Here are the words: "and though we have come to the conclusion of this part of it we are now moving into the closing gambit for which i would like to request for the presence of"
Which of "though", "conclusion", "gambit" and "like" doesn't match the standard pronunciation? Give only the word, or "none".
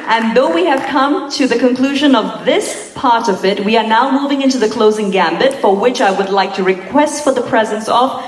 none